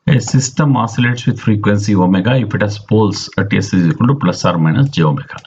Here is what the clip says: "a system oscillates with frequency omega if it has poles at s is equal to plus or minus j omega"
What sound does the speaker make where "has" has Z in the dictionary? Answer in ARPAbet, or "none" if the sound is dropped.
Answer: S